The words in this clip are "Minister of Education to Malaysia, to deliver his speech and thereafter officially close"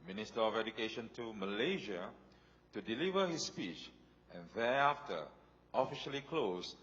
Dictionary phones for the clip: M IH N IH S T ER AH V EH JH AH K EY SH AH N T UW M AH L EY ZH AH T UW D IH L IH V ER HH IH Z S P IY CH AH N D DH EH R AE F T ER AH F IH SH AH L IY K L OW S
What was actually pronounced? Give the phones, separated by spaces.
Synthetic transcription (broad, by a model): M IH N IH S T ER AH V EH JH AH K EY SH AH N T UW M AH L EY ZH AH T UW D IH L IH V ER HH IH S P IY CH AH N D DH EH AA F T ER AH F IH SH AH L IY K L OW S